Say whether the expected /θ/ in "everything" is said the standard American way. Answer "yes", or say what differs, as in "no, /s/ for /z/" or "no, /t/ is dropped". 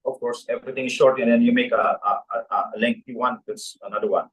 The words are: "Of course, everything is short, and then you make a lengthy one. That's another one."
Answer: no, /t/ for /θ/